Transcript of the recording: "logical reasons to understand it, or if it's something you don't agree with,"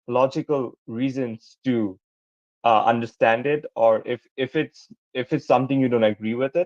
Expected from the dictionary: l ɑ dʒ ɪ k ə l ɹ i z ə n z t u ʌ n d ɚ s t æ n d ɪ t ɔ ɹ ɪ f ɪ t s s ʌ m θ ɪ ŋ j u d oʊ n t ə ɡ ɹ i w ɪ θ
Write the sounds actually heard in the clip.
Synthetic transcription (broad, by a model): l ɑ dʒ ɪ k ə l ɹ i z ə n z t u ʌ n d ɚ s t æ n d ɪ t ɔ ɹ ɪ f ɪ t s s ʌ m t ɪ ŋ j u d oʊ n t ə ɡ ɹ i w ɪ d